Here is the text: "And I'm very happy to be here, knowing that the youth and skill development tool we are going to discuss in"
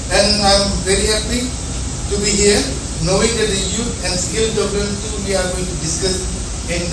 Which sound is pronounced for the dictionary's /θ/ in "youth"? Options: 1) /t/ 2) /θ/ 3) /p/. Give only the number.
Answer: 1